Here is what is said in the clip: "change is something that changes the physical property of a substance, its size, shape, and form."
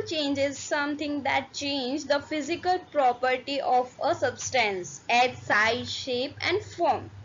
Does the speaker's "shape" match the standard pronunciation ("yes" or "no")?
yes